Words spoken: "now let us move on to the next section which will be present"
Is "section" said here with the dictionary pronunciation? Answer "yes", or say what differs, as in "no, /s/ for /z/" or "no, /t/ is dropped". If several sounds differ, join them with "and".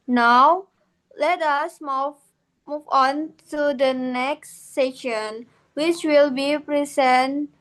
no, /k/ is dropped